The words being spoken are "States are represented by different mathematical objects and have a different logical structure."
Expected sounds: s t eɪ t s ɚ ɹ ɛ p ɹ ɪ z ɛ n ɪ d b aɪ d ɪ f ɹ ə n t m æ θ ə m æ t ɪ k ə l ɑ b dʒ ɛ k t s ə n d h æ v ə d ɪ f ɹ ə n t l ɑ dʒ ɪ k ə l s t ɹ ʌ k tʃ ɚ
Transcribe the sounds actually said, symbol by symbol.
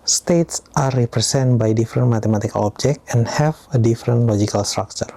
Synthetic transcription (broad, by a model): s t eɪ t s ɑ ɹ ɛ p ɹ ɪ s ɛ n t b aɪ d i f ɹ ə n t m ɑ t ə m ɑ t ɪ k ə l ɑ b dʒ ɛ k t ə n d h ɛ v ə d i f ɹ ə n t l ɑ dʒ ɪ k ə l s t ɹ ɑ k tʃ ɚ